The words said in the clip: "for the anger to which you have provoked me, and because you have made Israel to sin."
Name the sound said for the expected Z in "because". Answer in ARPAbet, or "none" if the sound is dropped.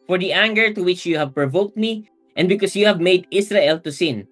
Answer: S